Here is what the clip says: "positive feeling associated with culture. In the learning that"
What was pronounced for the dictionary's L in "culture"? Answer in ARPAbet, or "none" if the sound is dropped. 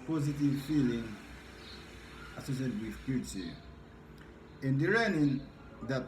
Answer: none